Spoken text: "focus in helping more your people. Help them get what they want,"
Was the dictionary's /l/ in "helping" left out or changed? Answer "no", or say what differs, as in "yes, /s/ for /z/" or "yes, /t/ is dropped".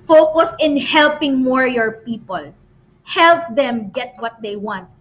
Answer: no